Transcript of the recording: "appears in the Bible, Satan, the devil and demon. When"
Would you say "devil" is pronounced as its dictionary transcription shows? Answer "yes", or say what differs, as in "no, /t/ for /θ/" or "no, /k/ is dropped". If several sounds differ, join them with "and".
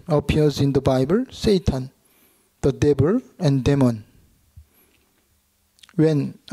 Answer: no, /b/ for /v/